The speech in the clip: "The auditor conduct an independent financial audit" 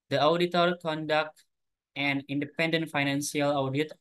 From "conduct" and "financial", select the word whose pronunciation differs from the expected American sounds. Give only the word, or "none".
financial